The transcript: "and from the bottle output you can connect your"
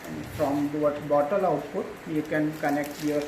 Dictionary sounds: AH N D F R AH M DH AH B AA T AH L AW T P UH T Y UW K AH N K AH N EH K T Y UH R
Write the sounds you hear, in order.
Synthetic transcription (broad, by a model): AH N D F R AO M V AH B AA T AH L AW T P UH T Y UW K AH N K AH N EH K T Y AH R